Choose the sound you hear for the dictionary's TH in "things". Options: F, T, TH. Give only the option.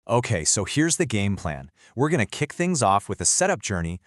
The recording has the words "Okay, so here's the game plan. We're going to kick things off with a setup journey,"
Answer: TH